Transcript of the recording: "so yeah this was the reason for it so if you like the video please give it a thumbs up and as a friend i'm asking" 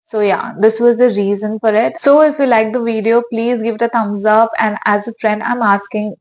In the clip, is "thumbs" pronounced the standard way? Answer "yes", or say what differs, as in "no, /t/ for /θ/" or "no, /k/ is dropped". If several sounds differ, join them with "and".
no, /t/ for /θ/